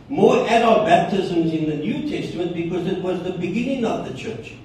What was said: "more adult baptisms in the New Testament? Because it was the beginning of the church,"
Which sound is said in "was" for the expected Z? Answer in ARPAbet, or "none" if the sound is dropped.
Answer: Z